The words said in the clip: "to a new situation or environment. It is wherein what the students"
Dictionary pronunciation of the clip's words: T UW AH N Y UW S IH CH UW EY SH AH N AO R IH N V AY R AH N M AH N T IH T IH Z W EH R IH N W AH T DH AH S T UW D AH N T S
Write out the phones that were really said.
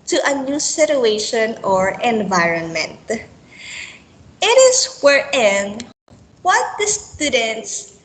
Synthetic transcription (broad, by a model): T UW AH N Y UW S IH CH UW EY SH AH N AO R IH N V AY R AH N M AH N T IH T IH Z W EH R IH N W AH T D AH S T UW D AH N T S